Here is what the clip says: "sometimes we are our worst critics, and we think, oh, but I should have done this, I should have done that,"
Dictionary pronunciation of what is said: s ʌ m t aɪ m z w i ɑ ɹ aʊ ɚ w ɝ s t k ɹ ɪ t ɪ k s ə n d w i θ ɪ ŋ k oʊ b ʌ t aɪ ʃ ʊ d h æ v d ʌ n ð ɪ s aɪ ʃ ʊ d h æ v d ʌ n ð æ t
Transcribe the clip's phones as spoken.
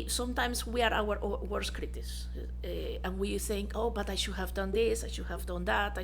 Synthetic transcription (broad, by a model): s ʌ m t aɪ m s w i ɑ ɹ aʊ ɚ w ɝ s k ɹ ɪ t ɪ s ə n w i θ ɪ ŋ k oʊ b ʌ t aɪ ʃ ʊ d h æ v d ʌ n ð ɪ s aɪ ʃ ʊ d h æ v d ʌ n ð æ t